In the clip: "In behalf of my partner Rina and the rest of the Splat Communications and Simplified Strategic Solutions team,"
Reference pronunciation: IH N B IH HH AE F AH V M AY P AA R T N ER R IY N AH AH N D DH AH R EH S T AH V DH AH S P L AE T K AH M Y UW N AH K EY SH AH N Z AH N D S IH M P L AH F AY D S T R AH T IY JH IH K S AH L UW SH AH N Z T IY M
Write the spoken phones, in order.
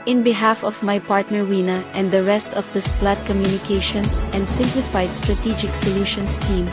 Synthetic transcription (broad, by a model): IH N B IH HH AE F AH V M AY P AA R T N ER W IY N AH AH N D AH R EH S T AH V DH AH S P L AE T K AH M Y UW N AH K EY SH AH N S AH N D S IH M P L AH F AY D S T R AH T IY JH IH K S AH L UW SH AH N S T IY M